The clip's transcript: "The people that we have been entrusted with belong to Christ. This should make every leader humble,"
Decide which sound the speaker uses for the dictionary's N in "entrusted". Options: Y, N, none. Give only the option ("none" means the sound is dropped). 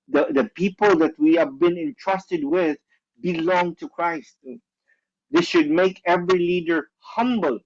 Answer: N